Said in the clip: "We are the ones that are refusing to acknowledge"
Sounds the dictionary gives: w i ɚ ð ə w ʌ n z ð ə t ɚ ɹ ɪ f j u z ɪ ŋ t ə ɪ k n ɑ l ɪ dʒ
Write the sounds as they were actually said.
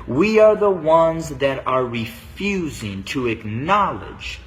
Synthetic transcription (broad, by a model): w i ɚ ð ə w ʌ n z ð ə t ɚ ɹ ɪ f j u z ɪ ŋ t ə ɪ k n ɑ l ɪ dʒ